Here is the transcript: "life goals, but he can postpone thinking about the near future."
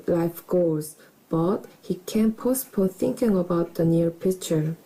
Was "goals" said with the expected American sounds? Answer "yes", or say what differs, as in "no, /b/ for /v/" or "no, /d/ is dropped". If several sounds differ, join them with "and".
no, /l/ is dropped